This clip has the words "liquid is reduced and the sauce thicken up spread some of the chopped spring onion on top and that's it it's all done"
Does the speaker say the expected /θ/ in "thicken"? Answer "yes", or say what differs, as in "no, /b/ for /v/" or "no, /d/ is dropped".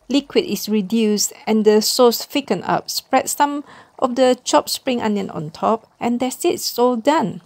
no, /f/ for /θ/